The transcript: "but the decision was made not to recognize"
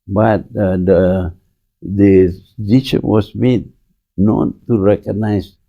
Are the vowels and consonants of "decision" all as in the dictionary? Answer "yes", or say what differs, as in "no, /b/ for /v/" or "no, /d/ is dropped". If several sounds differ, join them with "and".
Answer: no, /ʃ/ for /ʒ/